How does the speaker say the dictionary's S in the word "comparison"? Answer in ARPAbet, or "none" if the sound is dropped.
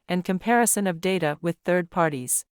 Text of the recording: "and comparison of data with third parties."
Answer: S